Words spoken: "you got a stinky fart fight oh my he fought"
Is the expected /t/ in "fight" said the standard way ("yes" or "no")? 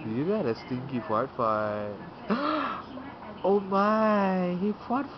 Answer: no